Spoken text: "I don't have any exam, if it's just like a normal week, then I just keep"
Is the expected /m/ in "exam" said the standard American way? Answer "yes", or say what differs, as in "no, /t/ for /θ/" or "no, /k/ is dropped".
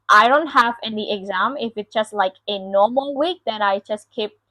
yes